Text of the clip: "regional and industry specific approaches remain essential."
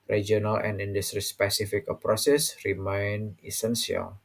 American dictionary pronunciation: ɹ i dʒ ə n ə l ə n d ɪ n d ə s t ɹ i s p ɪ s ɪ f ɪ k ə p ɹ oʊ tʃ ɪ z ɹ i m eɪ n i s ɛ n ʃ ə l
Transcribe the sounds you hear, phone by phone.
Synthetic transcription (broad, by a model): ɹ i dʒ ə n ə l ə n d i n d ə s t ɹ i s p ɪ s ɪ f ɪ k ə p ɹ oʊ s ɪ s ɹ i m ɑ n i s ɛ n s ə l